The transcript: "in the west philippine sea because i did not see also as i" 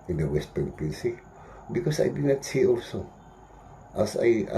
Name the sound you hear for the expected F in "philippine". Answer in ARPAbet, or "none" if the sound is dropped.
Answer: P